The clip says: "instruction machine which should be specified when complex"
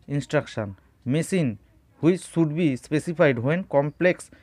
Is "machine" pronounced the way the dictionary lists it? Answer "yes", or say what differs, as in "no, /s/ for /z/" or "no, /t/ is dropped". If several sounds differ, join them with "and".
no, /s/ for /ʃ/